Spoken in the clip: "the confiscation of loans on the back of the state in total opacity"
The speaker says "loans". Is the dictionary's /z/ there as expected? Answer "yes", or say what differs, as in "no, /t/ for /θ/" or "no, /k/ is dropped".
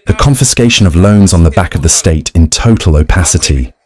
yes